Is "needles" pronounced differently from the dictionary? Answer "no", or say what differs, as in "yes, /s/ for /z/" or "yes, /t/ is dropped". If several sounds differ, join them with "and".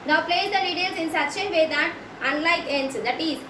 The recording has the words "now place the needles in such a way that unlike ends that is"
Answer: yes, /l/ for /n/